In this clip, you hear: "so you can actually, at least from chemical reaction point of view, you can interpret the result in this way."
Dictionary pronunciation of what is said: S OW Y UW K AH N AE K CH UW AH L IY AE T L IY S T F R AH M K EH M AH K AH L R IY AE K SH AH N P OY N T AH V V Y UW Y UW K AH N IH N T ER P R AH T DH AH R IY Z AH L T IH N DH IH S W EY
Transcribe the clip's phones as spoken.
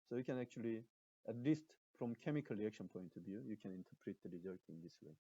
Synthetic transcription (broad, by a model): S OW Y UW K AH N AE K CH UW AH L IY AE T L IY S T F R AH M K EH M AH K AH L R IY AE K SH AH N P OY N T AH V V Y UW Y UW K AH N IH N T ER P R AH T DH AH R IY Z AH T IH N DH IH S W EY